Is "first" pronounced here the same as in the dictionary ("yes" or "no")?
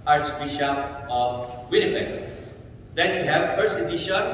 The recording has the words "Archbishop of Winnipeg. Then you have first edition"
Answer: no